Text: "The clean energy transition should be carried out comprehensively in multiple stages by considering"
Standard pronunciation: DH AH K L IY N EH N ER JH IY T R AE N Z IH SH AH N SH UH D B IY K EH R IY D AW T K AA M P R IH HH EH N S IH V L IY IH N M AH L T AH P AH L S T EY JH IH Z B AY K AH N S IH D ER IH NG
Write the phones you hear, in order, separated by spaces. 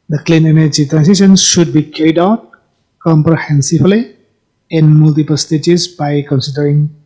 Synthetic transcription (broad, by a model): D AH K L IY N EH N ER JH IY T R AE N S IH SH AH N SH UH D B IY K EH R IY D AW T K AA M P R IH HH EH N S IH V L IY IH N M AH L T AH P AH L S T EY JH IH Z B AY K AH N S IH D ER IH NG